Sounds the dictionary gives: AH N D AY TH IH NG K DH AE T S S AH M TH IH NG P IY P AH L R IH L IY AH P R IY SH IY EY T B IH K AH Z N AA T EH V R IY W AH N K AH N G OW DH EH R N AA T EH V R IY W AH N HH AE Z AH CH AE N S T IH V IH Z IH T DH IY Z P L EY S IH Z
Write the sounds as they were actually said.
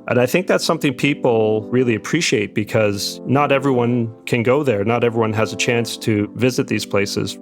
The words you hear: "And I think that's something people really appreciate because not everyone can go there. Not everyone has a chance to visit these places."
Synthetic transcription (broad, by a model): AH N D AY TH IH NG K DH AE T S S AH M TH IH NG P IY P L R IH L IY AH P R IY SH IY EY T B IH K AH Z N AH T EH V R IY W AH N K AH N G OW DH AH R N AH T EH V R IY W AH N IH Z AH CH AE N S T IH V IH Z IH T DH IY Z P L EY S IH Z